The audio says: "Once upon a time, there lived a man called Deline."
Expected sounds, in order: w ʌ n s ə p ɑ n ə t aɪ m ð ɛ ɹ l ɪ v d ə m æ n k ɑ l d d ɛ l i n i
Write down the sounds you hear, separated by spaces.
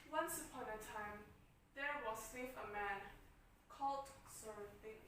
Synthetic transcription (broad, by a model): w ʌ n s ə p ɑ n ə t aɪ m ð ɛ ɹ w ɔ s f ə m æ n k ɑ l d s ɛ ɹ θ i